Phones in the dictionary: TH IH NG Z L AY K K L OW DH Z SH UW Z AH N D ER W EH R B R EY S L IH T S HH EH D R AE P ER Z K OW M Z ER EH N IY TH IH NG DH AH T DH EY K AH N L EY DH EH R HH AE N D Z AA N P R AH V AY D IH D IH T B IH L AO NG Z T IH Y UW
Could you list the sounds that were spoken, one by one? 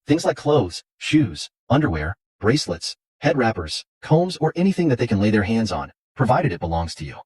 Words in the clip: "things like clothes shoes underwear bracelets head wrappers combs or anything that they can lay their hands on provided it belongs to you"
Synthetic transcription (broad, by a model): TH IH NG Z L AY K K L OW DH Z SH UW Z AH N D ER W EH R B R EY S L IH T S HH EH D R AE P ER Z K OW M Z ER EH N IY TH IH NG DH AH T DH EY K AH N L EY DH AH R HH AE N D Z N P R AH V AY D IH D IH T B IH L AO NG Z T IH Y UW